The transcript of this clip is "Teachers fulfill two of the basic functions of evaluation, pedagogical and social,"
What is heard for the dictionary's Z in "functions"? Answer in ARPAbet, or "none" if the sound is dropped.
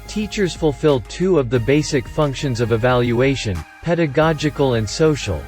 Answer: Z